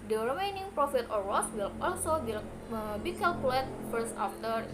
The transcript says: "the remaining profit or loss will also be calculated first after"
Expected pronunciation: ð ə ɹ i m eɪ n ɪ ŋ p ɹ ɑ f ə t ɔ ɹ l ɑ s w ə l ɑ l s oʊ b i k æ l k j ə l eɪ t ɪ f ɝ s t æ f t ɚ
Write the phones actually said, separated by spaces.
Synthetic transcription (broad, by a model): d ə ɹ i m eɪ n ɪ ŋ p ɹ ɑ f ə t ɔ ɹ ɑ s w ə l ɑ l s oʊ b i k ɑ l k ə l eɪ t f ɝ s ɑ f t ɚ